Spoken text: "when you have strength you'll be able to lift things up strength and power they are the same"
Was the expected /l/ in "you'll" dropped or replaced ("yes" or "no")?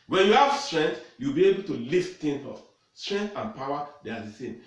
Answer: yes